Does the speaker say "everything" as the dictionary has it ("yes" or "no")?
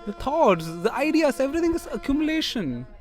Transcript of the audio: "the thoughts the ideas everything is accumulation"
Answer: no